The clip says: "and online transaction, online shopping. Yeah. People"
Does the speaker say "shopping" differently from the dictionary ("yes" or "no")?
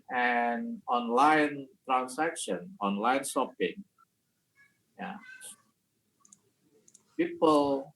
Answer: yes